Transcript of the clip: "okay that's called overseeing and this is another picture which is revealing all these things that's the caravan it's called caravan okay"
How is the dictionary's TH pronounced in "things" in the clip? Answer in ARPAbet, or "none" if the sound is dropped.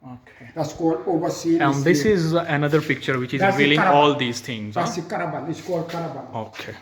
T